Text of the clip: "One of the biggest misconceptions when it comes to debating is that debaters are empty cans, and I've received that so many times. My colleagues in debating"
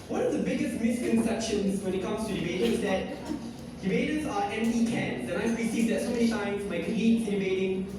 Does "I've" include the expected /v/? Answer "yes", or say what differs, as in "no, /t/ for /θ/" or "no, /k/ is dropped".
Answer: no, /p/ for /v/